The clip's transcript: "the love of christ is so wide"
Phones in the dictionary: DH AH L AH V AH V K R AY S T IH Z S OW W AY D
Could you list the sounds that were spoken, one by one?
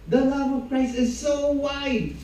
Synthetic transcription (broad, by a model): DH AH L AH V AH V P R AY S IH Z S OW W AY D